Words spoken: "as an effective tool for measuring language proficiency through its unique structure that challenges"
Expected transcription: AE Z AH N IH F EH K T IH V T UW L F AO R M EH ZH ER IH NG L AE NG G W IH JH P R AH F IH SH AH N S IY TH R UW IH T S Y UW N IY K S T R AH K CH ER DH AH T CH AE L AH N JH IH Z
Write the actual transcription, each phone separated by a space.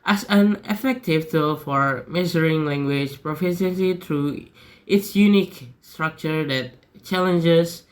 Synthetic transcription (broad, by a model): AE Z AH N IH F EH K T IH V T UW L F AO R M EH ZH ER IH NG L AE NG G W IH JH P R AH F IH S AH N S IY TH R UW IH T S Y UW N IY K S T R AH K CH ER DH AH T CH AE L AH N JH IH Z